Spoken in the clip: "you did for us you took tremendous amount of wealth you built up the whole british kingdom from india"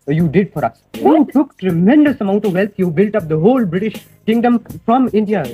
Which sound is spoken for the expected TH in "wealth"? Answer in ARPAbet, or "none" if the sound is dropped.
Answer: T